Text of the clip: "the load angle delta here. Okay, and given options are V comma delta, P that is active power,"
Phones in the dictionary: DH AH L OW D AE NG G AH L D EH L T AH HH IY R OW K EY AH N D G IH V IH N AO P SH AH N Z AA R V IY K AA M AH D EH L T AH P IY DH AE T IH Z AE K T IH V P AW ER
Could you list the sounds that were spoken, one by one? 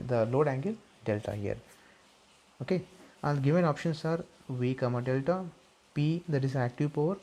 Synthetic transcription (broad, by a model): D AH L OW D AE NG G AH L D EH L T AH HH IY R OW K EY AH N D G IH V IH N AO P SH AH N S AA R V IY K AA M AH D EH L T AH P IY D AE T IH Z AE K T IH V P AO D